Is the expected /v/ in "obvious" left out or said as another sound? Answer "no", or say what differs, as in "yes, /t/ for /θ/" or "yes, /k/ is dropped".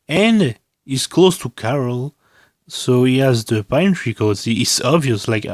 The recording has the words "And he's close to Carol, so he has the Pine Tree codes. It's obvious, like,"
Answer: no